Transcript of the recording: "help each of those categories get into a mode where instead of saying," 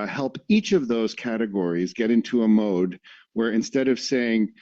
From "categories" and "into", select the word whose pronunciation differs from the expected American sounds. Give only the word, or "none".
none